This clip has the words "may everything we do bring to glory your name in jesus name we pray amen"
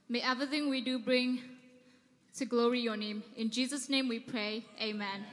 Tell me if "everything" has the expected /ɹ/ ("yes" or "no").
no